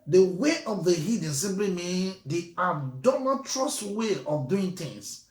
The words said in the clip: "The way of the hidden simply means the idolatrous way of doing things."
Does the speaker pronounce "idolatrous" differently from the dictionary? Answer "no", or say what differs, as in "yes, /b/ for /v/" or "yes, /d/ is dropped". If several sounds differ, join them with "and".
yes, /n/ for /l/